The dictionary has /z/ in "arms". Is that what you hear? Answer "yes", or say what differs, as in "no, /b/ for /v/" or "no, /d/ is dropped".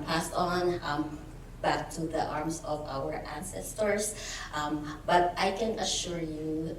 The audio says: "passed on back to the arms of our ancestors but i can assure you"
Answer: no, /s/ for /z/